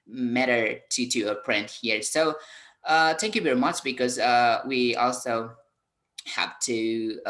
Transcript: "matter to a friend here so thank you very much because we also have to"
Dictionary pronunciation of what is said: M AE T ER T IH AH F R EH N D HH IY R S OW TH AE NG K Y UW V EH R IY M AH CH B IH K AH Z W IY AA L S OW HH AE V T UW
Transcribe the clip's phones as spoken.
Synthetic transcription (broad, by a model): M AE T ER T IH AH P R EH N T HH IY R S OW TH AE NG K Y UW V EH R IY M AH CH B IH K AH Z W IY AA L S OW HH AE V T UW